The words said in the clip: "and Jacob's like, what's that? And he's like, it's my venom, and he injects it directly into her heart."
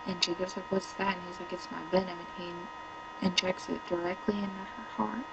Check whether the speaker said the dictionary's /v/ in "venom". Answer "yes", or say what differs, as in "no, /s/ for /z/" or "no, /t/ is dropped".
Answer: no, /b/ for /v/